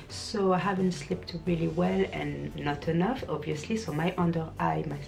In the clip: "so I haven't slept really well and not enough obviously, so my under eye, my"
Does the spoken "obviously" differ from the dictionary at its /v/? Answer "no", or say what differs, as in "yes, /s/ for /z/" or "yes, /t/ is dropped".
no